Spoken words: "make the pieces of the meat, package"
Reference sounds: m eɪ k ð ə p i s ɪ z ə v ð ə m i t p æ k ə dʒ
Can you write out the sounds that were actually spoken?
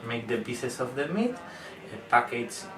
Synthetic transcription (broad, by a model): m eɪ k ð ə b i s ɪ s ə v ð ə m i t p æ k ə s